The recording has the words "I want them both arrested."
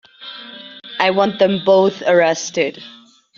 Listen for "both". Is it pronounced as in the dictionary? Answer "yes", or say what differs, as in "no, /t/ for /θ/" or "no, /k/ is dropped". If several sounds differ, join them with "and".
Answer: yes